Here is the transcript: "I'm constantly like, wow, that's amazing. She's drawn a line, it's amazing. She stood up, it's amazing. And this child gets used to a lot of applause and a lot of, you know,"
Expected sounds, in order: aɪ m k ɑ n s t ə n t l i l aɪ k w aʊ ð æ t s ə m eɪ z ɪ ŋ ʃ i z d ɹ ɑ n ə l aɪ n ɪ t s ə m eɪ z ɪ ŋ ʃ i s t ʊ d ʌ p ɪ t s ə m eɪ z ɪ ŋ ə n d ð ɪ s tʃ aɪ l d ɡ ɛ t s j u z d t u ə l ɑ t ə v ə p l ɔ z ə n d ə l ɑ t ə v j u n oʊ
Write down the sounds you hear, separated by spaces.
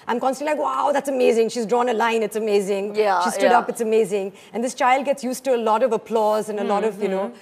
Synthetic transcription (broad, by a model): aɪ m k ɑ n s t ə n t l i l aɪ k w aʊ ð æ t s ə m eɪ z ɪ ŋ ʃ i z d ɹ ɑ n ə l aɪ n ɪ t s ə m eɪ z ɪ ŋ ʃ i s s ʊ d ʌ p ɪ t s ə m eɪ z ɪ ŋ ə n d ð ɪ s tʃ aɪ l d ɡ ɛ t s j u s t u ə l ɑ t ə v ə p l ɔ z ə n ə l ɑ t ə v j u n oʊ